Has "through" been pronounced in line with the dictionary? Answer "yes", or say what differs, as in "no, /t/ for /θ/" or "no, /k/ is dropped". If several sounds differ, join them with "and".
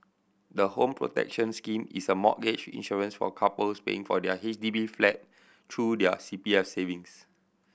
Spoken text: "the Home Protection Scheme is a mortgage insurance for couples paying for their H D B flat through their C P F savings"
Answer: no, /t/ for /θ/